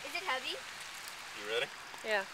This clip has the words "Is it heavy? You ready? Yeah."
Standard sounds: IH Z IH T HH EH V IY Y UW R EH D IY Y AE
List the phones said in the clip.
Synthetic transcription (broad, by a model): IH Z IH T HH EH V IY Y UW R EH D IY Y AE